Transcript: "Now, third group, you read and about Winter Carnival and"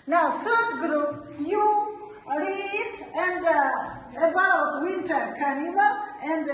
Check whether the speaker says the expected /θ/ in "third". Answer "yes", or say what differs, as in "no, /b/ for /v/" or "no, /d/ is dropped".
no, /s/ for /θ/